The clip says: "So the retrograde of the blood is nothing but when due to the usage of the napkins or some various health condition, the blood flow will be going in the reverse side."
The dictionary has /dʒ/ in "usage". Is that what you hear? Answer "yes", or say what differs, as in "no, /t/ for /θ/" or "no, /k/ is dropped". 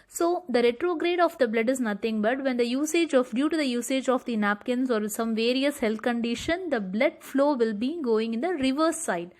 yes